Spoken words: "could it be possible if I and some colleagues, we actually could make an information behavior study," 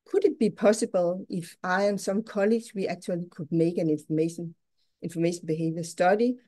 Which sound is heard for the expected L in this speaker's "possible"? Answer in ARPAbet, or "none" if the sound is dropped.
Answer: L